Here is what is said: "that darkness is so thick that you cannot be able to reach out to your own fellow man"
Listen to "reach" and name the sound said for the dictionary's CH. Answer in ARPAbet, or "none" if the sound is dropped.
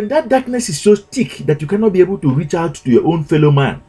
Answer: CH